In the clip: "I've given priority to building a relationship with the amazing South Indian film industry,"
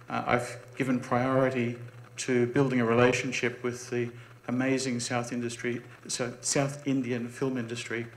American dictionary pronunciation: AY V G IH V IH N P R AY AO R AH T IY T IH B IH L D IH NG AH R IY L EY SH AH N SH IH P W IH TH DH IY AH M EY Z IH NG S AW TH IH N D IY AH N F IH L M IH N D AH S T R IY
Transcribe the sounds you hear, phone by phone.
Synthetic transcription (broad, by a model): AY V G IH V IH N P R AY AO R AH T IY T IH B IH L D IH NG AH R IY L EY SH AH N SH IH P W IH DH IY AH M EY Z IH NG S AW TH IH N D IY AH N F IH L M IH N D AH S T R IY